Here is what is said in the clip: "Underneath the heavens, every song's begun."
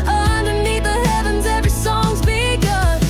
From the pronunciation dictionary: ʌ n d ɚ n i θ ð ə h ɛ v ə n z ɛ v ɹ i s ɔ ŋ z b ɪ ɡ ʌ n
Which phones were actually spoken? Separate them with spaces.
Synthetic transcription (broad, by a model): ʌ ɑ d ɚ n i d ð ə h ɛ v ə n z ɛ v ɹ i s ɔ ŋ z b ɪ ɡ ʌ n